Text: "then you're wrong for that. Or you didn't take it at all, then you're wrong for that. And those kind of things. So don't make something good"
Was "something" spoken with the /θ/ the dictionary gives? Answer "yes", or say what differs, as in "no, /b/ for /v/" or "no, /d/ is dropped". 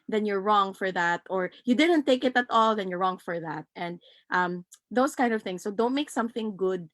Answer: yes